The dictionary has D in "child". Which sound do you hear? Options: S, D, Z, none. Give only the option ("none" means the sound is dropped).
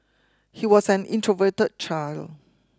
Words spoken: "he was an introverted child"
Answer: none